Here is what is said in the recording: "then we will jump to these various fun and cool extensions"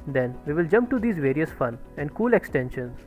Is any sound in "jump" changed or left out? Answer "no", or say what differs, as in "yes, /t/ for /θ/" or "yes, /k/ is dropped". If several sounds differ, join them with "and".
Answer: no